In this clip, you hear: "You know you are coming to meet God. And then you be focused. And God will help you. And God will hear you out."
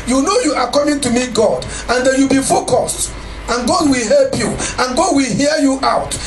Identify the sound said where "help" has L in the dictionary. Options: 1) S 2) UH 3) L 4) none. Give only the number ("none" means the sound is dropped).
3